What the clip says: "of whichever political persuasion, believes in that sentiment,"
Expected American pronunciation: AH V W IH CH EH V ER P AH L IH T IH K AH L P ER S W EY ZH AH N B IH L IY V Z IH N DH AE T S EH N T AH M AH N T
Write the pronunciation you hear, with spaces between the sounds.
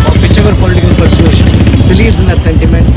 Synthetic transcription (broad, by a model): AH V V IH CH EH V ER P AH L IH T IH K AH L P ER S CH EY SH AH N B IH L IY V Z IH N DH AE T S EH N T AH M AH N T